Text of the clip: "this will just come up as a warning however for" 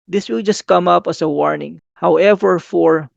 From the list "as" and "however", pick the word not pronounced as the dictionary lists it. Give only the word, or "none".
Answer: as